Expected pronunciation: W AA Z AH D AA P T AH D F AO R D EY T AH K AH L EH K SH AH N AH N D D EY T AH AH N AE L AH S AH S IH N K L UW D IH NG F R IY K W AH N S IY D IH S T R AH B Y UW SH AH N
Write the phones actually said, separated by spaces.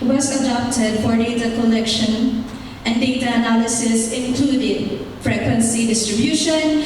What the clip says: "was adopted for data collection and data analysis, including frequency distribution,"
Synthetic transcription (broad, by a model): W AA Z AH D AA P T AH D F AO R D EY T AH K AH L EH K SH AH N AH N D D EY T AH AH N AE L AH S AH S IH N K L UW D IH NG F R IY K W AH N S IY D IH S T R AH B Y UW SH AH N